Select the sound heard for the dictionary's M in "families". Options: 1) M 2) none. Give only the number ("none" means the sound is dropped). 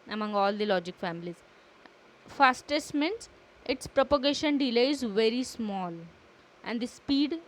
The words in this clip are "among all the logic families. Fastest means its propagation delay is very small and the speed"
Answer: 1